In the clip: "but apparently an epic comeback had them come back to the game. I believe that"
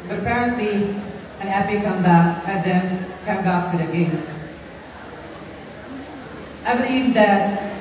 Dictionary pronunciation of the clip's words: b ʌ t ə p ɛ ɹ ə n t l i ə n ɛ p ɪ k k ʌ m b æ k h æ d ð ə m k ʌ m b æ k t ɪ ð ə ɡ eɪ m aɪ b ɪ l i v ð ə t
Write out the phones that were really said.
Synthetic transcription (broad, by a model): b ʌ t ə p ɛ ɹ ə n t l i ə n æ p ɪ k k ʌ m b æ k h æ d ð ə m k ʌ m b æ k t ɪ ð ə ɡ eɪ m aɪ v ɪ i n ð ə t